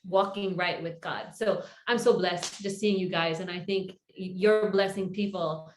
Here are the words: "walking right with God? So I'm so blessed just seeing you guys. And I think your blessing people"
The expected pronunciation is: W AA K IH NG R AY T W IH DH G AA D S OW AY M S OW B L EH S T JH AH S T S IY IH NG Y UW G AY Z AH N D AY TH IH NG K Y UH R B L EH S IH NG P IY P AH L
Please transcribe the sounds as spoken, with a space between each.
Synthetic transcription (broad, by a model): W AA K IH NG R AY T W IH DH G AA D S OW AY M S OW B L EH S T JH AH S T S IY IH NG Y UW G AY Z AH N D AY TH IH NG K Y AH R B L EH S IH NG P IY P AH L